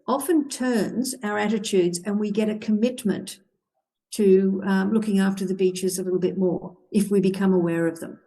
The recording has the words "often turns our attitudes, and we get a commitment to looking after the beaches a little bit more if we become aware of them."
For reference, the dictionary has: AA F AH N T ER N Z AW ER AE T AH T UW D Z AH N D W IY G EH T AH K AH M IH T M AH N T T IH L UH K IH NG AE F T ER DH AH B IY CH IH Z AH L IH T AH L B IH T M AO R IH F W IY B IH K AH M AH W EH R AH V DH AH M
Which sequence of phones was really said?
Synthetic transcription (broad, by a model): AA F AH N T ER N Z AW ER AE T AH T UW D Z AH N W IY G EH T AH K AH M IH T M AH N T T IH L UH K IH NG AE F T ER DH AH B IY CH IH Z AH L IH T L B IH T M AO R IH F W IY B IH K AH M AH W EH R AH V DH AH M